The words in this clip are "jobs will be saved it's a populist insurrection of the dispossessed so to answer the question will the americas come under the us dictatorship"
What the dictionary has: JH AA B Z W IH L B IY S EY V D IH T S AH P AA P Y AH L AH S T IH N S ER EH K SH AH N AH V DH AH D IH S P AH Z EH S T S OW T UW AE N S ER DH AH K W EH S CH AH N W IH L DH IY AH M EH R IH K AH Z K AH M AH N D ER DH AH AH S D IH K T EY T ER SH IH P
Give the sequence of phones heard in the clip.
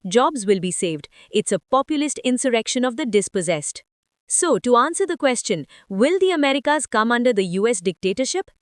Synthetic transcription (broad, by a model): JH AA B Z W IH L B IY S EY V D IH T S AH P AA P Y AH L AH S T IH N S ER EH K SH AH N AH V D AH D IH S P AH Z EH S T S OW T UW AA N S ER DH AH K W EH S CH AH N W IH L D IY AH M EH R IH K AH Z K AH M AH N D ER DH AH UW S D IH K T EY T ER SH IH P